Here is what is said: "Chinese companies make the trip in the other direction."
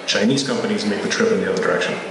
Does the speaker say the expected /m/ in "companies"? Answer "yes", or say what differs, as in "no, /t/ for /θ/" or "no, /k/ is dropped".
yes